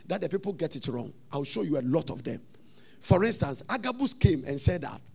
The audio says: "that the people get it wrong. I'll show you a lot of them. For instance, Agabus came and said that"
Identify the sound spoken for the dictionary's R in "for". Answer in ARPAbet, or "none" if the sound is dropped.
R